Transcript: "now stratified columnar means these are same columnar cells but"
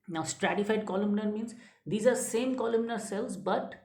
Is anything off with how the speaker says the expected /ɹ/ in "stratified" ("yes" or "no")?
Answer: no